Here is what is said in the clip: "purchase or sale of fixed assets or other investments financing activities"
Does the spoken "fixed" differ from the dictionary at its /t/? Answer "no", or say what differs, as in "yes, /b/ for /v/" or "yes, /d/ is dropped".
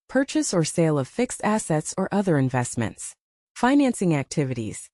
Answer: no